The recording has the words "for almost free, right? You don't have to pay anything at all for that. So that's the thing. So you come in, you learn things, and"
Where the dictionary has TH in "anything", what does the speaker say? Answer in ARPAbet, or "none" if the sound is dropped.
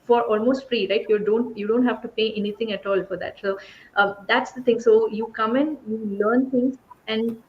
T